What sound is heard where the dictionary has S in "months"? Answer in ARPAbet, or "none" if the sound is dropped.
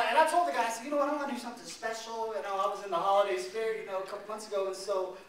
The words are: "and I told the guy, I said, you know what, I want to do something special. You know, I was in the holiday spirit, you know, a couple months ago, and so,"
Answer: S